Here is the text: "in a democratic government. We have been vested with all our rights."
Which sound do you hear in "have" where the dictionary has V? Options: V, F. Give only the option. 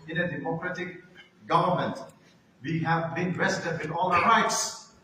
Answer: V